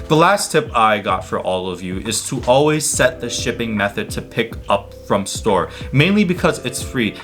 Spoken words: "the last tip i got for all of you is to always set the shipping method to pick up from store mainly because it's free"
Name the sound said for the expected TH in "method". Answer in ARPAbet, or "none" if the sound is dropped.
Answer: TH